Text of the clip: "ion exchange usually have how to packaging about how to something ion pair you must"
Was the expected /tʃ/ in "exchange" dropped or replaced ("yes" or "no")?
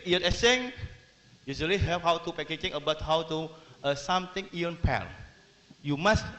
yes